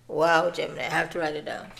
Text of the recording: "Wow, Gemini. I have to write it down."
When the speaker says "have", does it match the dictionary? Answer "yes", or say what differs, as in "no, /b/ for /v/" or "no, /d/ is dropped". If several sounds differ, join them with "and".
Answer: no, /f/ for /v/